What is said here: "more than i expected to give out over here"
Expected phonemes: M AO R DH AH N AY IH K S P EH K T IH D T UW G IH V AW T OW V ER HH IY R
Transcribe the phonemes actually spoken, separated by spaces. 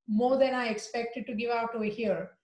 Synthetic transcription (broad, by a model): M AO R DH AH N AY IH K S P EH K T IH D T UW G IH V AW T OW ER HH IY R